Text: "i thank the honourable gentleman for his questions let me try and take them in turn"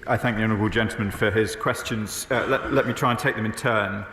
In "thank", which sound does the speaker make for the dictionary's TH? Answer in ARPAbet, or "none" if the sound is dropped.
TH